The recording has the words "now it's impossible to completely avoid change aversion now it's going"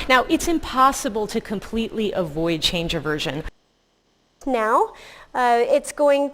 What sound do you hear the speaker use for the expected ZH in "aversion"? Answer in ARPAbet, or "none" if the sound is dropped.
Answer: ZH